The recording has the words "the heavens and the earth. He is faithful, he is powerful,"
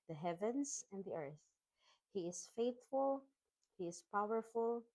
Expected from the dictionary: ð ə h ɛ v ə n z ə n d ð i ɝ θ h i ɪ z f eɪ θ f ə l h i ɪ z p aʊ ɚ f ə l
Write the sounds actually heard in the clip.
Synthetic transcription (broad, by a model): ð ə h ɛ v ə n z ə n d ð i ɝ θ h i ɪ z f eɪ θ f ə l h i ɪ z p aʊ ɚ f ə l